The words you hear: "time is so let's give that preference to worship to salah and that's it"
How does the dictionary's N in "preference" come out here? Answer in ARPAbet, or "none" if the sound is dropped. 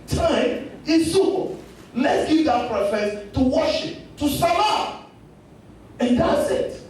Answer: none